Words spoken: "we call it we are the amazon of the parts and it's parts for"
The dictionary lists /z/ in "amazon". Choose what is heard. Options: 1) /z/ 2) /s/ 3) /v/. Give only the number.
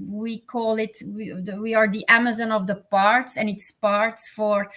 1